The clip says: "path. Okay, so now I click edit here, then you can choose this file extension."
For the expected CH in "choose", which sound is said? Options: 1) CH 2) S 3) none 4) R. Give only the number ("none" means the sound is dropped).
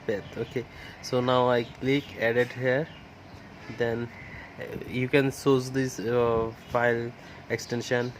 2